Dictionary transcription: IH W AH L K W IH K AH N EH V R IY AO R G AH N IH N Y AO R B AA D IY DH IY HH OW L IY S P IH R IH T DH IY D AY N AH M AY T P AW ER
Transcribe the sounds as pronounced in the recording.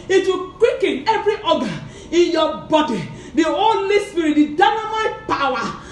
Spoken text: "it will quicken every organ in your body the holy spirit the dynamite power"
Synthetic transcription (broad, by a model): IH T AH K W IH K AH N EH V R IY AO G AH IH N Y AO B AA D IY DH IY HH OW L IY S P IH R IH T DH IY D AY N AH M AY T P AW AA